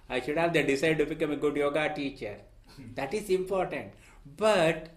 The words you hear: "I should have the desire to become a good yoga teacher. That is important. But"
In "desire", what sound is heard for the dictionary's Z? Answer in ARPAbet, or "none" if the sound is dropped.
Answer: S